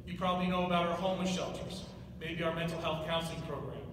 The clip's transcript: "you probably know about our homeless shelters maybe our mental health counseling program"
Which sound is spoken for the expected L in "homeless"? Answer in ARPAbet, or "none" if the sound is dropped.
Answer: none